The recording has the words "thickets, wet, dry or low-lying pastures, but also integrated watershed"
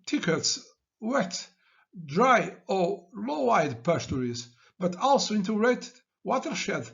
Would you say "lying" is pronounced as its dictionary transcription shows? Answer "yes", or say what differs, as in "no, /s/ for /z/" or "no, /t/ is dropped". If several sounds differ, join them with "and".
no, /w/ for /l/